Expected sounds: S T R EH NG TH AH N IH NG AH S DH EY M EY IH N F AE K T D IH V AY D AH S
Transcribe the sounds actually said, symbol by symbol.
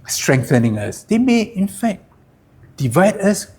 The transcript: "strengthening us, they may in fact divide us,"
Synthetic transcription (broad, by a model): S T R EH NG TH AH N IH NG AH S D EY M EY IH N F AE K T D IH V AY D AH S